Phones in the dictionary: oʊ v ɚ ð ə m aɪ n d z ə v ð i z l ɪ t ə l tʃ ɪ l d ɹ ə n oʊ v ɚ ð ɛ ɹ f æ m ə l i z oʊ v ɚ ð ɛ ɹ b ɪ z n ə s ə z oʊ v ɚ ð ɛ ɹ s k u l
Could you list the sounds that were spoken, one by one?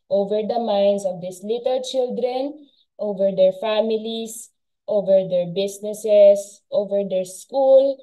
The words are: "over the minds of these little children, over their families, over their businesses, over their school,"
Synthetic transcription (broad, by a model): oʊ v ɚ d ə m aɪ n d s ə v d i s l ɪ t ə l tʃ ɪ l d ɹ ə n oʊ v ɚ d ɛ ɹ f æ m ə l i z oʊ v ɚ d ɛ ɹ b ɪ s n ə s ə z oʊ v ɚ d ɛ ɹ s k u l